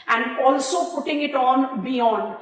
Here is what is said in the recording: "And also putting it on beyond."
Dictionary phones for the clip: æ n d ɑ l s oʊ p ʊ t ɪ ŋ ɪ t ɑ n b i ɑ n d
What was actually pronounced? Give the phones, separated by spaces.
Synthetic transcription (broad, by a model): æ n d ɑ l s oʊ p ʊ t ɪ ŋ ɪ t ɑ n b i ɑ n d